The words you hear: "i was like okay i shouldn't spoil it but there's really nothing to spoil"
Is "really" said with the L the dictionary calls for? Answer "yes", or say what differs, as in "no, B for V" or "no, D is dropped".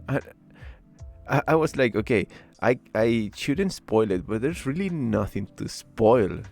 yes